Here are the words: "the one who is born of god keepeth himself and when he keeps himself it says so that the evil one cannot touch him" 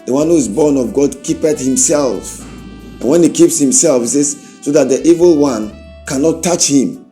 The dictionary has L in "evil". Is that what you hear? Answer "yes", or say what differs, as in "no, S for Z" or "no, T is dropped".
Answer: yes